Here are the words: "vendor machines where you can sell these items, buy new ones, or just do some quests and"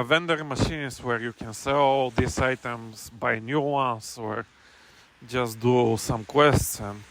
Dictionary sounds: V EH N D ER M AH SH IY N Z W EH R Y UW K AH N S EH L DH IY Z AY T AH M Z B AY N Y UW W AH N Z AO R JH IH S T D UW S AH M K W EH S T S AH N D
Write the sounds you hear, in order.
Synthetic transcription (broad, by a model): V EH N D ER M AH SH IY N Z W EH R Y UW K AH N S EH L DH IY S AY T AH M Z B AY N Y UW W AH N S AO R JH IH S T D UW S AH M K W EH S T AH N